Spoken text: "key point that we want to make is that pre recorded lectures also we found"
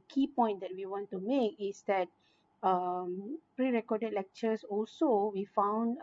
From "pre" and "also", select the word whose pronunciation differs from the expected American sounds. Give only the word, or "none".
none